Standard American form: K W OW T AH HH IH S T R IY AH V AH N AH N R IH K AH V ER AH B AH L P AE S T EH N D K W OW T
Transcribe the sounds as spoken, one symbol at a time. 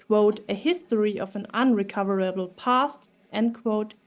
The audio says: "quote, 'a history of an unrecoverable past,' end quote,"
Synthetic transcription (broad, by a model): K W OW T AH HH IH S T R IY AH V AH N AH N R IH K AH V ER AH B L P AE S T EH N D K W OW T